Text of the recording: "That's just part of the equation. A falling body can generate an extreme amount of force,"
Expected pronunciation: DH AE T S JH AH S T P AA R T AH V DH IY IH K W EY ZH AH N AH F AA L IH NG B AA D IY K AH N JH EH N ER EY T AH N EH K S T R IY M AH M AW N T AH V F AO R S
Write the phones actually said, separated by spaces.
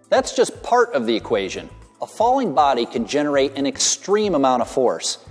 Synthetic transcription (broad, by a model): DH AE T S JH AH S P AA R T AH V DH IY IH K W EY ZH AH N AH F AA L IH NG B AA D IY K AH N JH EH N ER EY T AH N EH K S T R IY M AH M AW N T AH V F AO R S